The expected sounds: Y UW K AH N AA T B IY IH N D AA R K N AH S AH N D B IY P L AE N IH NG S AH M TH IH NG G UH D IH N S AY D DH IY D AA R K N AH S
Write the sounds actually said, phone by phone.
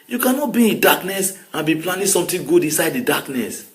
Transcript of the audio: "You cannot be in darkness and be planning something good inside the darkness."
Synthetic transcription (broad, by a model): Y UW K AH N AA T B IY IH N D AA K N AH S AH N B IY P L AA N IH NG S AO M T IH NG G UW D IH N S AY D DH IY D AA K N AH S